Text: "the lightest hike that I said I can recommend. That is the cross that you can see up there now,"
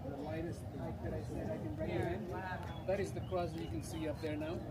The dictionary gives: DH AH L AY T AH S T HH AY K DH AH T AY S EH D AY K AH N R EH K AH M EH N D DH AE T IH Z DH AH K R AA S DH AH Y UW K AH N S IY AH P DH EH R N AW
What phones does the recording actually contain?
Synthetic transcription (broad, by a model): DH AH L AY T AH S T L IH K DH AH T AY S EH D AY K AH N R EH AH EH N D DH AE T IH Z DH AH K AA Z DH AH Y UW K AH N S IY AH P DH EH R N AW